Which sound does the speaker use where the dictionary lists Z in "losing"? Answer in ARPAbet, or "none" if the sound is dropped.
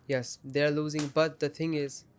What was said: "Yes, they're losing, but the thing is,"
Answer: Z